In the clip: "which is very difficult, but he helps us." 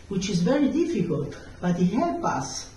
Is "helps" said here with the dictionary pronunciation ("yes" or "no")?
no